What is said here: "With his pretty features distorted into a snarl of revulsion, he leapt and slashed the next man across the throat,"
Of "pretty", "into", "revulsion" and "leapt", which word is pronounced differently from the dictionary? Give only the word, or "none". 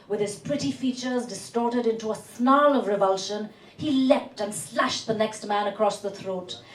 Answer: none